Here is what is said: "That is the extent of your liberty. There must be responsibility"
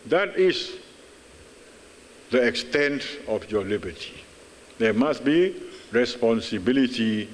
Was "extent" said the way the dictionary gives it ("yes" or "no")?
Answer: yes